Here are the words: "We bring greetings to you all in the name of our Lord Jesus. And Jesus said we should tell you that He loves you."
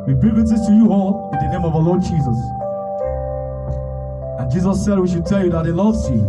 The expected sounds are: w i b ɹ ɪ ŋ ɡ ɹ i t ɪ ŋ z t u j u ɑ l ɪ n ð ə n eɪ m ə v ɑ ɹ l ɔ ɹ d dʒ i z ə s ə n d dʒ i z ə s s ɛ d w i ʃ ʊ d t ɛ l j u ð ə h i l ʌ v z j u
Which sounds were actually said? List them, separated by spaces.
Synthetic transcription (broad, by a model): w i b ɹ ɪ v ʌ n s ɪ z t u j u ɑ l ɪ n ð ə n eɪ m ə v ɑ l ɔ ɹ d dʒ i z ə s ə n dʒ i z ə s s ɛ d w i ʃ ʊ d t ɛ l j u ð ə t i l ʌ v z j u